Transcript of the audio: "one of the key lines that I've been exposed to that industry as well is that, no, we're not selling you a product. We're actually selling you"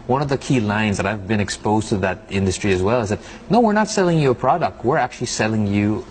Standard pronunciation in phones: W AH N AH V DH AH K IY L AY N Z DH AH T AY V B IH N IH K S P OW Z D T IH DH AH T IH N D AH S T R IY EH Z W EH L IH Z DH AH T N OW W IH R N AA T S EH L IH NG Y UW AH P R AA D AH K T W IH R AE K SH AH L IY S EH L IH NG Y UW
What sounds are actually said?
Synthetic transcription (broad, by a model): W AH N AH V DH AH K IY L AY N Z DH AH T AY V B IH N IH K S P OW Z T IH DH AH T IH N D AH S T R IY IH Z W EH L IH Z DH AH T N OW W IH R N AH T S EH L IH NG Y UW AH P R AA D AH K T W IH R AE K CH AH L IY S EH L IH NG Y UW